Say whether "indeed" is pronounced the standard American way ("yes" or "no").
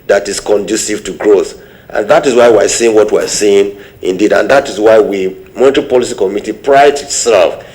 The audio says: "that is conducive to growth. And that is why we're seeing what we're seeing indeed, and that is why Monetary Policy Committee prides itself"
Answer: yes